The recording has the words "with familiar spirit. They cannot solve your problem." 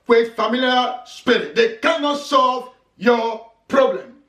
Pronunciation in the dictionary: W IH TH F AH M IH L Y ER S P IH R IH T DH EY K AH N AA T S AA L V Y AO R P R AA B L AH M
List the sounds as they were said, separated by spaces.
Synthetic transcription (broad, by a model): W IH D F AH M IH L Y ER S P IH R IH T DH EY K AH N AA T S AA L V Y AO P R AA B L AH M